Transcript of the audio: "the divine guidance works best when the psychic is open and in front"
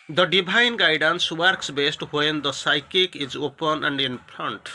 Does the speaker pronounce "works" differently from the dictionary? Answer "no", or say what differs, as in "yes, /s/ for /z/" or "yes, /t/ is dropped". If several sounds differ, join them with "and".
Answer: no